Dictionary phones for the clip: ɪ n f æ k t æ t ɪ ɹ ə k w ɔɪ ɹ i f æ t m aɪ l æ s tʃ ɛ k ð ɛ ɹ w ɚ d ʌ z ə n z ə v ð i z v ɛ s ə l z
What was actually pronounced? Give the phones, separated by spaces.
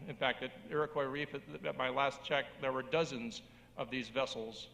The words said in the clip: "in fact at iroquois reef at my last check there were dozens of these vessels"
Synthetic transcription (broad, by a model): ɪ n f æ k t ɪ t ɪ ɹ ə k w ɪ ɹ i f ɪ t m aɪ l æ s tʃ ɛ k ð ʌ ɹ w ɚ d ʌ z ə n z ə v ð i z v ɛ s l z